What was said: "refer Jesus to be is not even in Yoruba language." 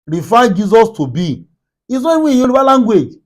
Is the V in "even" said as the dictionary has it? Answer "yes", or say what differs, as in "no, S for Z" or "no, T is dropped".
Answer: no, W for V